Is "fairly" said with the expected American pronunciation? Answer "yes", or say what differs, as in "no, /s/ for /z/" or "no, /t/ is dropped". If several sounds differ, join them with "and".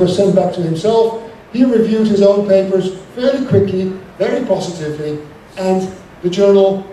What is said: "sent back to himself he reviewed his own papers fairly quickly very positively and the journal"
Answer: no, /l/ is dropped